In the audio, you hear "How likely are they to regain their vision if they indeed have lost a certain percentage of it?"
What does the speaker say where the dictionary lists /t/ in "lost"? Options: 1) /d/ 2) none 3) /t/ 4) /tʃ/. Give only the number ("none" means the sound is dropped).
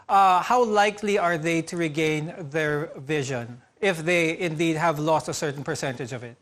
3